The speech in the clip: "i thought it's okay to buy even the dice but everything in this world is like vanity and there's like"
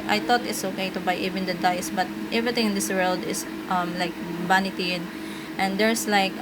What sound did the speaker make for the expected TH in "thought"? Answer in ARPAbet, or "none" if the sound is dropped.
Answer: T